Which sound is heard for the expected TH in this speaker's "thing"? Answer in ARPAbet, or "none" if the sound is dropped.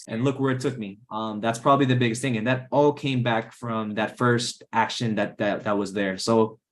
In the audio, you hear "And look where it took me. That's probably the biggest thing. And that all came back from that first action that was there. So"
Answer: TH